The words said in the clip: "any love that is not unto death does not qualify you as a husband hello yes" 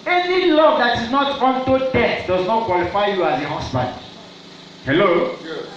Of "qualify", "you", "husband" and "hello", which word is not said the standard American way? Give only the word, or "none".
husband